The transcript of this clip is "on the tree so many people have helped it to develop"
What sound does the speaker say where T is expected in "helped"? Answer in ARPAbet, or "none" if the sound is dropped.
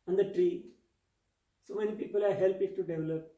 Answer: none